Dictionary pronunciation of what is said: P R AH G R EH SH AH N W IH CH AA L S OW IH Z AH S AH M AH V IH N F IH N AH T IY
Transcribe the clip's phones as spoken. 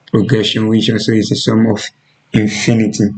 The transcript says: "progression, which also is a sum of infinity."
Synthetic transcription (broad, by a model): P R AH G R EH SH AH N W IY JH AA N S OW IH S AH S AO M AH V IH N F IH N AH T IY